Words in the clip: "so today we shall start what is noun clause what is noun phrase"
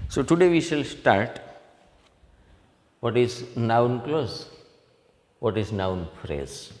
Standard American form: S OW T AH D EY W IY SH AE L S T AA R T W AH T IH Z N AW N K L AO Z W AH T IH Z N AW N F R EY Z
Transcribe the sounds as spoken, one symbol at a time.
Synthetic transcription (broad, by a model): S OW T AH D EY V IY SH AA L S T AA R T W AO T IH Z N AW N K L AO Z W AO T IH Z N AW N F R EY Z